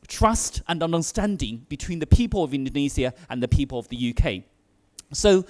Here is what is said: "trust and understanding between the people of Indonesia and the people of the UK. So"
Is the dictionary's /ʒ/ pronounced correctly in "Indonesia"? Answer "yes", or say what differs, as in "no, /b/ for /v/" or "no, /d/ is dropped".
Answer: no, /z/ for /ʒ/